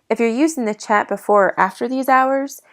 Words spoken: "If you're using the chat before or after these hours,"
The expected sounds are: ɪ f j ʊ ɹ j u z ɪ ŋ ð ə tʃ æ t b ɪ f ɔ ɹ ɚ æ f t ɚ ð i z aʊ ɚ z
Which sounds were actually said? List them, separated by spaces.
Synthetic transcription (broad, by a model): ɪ f j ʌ ɹ j u z ɪ ŋ ð ə tʃ æ t b ɪ f ɔ ɹ æ f t ɚ ð i z aʊ ɚ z